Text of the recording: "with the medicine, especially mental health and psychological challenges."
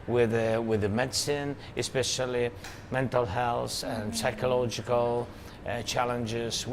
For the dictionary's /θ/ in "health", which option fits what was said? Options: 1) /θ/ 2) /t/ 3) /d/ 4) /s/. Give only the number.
4